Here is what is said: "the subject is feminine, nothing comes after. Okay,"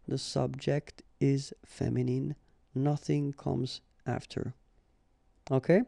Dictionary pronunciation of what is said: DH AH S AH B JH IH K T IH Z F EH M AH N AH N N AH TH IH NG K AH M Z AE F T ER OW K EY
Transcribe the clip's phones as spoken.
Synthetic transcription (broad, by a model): DH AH S AH B JH IH K T IH Z F EH M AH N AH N N AH TH IH NG K AH M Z AE F T ER OW K EY